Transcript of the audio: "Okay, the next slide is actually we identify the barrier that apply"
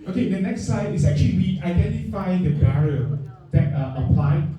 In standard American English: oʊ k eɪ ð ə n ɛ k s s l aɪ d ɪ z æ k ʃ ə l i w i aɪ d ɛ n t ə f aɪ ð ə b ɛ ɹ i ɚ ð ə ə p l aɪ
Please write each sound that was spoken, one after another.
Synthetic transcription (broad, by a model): oʊ k eɪ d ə n ɛ k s s aɪ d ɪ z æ k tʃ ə l i w i aɪ d ɛ n t ə f aɪ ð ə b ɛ ɹ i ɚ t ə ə p l aɪ